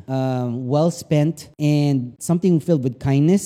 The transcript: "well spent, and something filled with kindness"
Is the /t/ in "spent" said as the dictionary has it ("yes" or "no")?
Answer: yes